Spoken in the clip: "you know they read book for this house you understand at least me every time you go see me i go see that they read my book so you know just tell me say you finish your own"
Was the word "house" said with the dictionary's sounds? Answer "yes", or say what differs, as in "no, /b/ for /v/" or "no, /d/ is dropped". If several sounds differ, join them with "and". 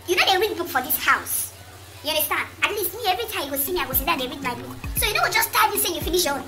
yes